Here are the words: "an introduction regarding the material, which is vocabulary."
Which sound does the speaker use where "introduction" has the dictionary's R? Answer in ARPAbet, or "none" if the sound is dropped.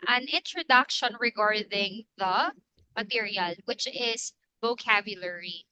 R